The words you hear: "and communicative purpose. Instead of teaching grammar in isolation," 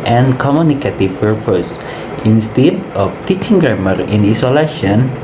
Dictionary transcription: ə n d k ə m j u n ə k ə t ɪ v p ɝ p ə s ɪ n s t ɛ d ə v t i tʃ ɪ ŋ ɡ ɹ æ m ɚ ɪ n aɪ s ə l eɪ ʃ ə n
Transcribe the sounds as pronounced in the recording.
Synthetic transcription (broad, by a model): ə n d k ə m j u n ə k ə t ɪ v p ɝ p ə s ɪ n s t ɛ d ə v t i tʃ ɪ ŋ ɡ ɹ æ m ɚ ɪ n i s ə l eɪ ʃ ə n